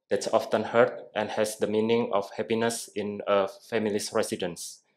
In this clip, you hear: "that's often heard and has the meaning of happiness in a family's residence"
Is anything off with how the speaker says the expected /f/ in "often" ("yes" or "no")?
no